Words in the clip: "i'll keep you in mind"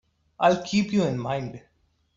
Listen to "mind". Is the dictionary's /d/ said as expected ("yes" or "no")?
yes